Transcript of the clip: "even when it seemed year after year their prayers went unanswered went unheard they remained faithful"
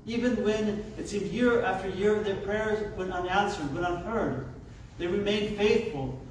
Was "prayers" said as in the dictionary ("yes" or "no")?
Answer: yes